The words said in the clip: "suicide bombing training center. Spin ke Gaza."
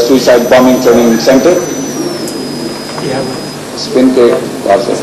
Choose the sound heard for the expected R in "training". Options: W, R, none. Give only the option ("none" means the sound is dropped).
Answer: none